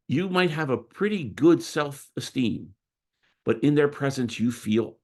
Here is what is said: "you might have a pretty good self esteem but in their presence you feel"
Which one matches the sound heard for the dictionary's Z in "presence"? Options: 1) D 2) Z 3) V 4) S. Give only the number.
2